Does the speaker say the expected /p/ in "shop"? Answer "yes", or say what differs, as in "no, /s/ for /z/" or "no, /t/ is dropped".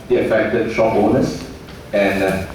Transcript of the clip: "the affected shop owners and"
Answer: no, /b/ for /p/